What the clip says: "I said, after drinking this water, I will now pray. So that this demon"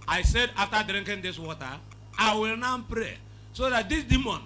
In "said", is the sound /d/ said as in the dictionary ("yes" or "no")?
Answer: yes